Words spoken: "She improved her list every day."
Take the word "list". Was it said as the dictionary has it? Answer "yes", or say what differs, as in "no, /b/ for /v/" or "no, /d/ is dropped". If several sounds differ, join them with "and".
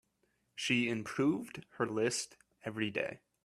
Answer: yes